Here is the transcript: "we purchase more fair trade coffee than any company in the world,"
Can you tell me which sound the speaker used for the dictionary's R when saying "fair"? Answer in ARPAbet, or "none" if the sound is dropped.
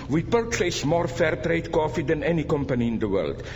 R